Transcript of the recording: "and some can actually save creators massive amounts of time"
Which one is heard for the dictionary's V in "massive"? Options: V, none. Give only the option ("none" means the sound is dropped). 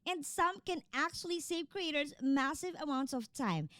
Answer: V